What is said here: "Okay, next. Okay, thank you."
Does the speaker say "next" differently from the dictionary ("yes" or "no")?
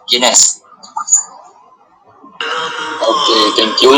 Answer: yes